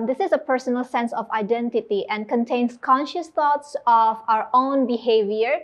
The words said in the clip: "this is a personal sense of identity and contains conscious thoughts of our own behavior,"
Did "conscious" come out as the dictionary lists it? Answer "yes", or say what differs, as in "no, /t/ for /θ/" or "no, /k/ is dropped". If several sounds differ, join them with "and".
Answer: yes